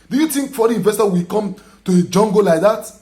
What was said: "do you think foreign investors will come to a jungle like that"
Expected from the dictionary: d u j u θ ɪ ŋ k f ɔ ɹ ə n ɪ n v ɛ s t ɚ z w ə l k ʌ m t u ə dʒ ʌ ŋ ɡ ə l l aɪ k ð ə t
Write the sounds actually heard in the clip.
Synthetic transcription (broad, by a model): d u j u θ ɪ ŋ k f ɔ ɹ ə ɪ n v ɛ s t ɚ w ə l k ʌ m t u ə dʒ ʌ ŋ ɡ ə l l aɪ k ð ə t